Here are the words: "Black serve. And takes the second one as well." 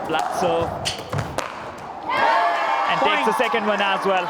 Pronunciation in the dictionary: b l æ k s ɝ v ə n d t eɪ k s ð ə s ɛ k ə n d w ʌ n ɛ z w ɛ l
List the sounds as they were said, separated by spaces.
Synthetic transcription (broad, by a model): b l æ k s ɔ ə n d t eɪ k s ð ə s ɛ k ə n d w ʌ n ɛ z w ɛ l